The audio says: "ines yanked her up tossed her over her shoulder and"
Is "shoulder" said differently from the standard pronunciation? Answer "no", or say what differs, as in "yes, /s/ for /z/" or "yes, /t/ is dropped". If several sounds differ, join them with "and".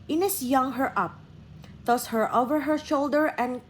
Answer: no